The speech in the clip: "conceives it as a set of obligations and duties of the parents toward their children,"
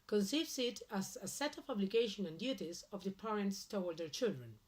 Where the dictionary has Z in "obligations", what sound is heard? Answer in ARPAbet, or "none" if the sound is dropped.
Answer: none